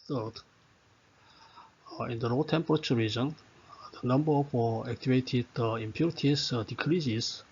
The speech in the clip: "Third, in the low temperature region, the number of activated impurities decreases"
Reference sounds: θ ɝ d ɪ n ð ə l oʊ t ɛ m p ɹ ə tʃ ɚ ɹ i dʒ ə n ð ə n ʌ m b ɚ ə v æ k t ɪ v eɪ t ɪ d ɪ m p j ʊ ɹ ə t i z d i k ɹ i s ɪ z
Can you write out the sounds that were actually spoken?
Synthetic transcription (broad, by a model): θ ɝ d ɪ n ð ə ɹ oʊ t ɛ m p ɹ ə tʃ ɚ ɹ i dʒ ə n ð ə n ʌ m b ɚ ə f æ k t ɪ v eɪ t ɪ d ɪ m p j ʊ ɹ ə t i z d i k ɹ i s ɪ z